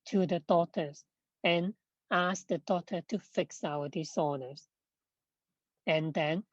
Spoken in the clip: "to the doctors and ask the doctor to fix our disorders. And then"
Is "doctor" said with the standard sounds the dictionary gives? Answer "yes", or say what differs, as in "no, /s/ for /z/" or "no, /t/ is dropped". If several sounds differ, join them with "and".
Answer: no, /k/ is dropped